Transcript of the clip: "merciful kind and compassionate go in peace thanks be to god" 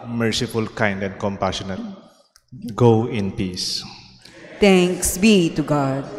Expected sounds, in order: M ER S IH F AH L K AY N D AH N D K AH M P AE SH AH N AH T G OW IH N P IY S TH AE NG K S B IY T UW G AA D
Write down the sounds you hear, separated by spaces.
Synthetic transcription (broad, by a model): M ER S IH F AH L K AY N D AH N D K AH M P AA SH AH N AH T G OW IH N P IY S T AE NG K S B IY T UW G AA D